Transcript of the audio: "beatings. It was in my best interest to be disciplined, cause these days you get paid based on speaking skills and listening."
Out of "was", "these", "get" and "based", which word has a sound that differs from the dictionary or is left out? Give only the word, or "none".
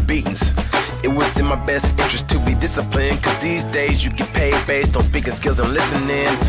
was